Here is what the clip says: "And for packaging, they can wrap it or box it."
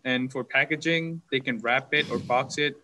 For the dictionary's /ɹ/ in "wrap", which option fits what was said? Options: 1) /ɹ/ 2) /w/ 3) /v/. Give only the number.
1